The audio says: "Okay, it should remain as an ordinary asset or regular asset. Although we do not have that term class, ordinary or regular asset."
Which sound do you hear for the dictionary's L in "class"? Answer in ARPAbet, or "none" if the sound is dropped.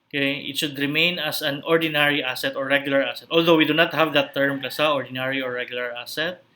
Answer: none